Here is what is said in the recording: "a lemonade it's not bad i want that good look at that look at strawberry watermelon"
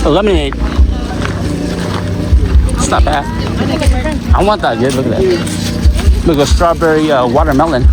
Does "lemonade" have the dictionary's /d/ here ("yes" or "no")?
no